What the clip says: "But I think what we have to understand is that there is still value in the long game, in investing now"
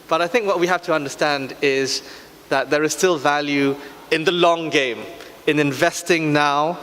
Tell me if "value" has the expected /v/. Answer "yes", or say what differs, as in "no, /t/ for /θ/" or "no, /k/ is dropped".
yes